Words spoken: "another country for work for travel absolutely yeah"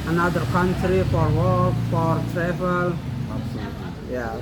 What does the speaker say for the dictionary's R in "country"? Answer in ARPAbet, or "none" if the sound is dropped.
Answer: R